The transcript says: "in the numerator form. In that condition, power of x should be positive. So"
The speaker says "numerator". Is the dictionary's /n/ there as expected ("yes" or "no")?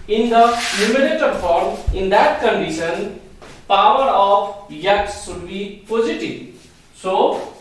no